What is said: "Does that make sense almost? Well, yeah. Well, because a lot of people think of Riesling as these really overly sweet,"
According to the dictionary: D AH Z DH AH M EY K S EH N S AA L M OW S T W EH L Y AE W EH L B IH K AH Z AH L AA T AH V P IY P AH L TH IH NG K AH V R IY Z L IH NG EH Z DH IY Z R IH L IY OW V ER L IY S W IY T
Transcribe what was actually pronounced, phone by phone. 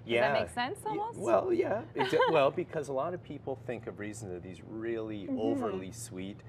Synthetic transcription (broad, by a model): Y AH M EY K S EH N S S W EH L Y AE W EH L B IH K AH Z AH L AA T AH V P IY P L TH IH NG K AH V R IY Z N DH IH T DH IY Z R IH L IY OW V ER L IY S W IY T